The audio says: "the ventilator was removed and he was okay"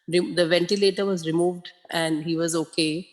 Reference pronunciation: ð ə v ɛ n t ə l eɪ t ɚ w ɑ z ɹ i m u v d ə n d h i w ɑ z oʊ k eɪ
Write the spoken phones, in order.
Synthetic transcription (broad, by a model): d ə v ɛ n t ə l eɪ t ɚ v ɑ z ɹ i m u v d ə n d h i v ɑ z oʊ k eɪ